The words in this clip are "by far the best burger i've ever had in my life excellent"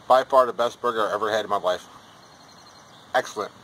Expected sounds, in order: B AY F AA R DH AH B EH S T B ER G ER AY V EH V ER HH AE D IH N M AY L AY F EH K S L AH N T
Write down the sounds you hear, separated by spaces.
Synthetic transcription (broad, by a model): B AY F AA R DH AH B EH S T B ER G ER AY EH V ER HH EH D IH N M AY L AY F EH K S L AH N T